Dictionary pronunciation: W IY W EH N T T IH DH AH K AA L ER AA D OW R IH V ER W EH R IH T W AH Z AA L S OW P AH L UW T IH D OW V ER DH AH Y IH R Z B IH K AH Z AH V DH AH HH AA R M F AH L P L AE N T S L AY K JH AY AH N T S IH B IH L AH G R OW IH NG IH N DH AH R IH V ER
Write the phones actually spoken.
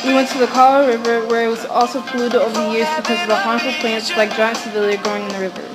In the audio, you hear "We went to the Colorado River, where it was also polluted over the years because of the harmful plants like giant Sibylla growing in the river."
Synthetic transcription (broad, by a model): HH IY W EH N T T IH DH AH K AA L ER R IH V ER W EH R IH T W AH Z AA L S OW P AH L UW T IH D OW V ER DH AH Y IH R Z B IH K AH Z AH V DH AH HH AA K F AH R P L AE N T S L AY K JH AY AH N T S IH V IH L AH G OW IH NG IH N DH AH R IH V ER